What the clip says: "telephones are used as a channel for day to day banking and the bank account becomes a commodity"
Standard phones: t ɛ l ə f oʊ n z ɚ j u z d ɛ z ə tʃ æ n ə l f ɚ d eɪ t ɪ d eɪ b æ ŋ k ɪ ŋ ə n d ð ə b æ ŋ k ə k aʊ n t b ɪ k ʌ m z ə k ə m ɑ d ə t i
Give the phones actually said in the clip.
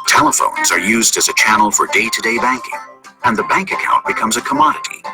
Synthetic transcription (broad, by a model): t ɛ l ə f oʊ n z ɚ j u z d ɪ z ə tʃ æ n l f ɚ d eɪ t ɪ d eɪ b æ ŋ k ɪ ŋ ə n ð ə b æ ŋ k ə k aʊ n b ɪ k ʌ m z ə k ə m ɑ d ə t i